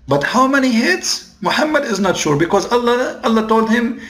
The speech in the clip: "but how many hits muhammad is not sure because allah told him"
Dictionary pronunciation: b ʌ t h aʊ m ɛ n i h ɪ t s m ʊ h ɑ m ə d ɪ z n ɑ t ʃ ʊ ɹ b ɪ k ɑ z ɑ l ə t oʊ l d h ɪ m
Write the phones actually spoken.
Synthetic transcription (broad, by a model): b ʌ t h aʊ m ɛ n i h ɪ t s m ʊ h ɑ m ə d ɪ z n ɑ t ʃ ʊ ɹ b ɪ k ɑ z ɑ l ə t oʊ l d h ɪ m